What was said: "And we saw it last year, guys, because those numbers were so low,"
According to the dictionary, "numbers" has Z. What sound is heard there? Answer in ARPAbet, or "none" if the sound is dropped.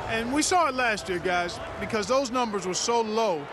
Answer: Z